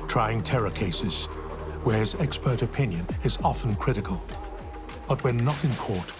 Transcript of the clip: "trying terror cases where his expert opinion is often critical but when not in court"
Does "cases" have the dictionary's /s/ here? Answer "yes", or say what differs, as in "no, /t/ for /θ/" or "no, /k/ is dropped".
yes